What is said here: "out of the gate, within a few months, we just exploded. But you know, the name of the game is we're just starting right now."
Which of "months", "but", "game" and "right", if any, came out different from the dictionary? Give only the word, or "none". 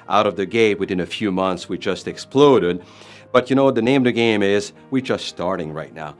none